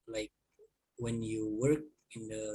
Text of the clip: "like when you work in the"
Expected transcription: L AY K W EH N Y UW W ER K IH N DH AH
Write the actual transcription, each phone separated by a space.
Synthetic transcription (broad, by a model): L AY K W EH N Y UW W ER K IH N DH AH